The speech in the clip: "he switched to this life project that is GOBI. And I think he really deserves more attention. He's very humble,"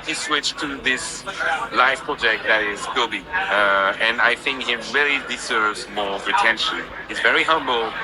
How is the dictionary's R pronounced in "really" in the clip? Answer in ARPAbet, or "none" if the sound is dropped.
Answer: R